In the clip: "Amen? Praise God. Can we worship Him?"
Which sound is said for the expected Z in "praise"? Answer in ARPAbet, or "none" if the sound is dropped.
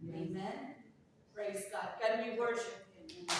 Z